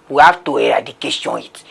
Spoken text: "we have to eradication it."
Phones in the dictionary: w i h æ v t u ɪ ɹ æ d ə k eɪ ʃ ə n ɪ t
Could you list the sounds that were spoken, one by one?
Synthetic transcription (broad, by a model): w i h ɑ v t u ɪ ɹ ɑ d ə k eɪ s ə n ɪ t